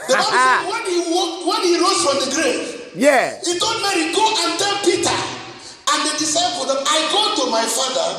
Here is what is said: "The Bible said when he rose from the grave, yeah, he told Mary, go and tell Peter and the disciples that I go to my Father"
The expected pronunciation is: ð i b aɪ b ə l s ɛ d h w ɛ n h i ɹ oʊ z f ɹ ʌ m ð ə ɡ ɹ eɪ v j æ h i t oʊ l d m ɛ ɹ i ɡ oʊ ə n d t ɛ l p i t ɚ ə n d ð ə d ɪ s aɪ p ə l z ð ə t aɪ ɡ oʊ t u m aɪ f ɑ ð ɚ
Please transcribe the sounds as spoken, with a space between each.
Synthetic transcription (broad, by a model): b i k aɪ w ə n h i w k w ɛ n h i ɹ oʊ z f ɹ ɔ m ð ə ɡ ɹ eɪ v j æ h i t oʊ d m ɛ ɹ i ɡ oʊ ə n t ɛ l p i t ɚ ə n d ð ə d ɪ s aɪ f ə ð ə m aɪ ɡ oʊ t u m aɪ f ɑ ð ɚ